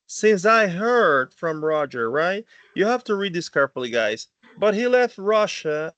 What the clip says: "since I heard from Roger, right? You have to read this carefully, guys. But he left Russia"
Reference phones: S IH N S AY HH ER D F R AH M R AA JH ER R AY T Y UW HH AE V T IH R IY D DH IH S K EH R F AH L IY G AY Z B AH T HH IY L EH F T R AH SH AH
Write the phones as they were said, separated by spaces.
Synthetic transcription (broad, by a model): S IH N S AY HH ER D F R AH M R AA JH ER R AY T Y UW HH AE F T IH R IY D DH IH S K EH R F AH L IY G AY Z B AH T HH IY L EH F T R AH SH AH